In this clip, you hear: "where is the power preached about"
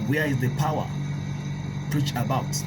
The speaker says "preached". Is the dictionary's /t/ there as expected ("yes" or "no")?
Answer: no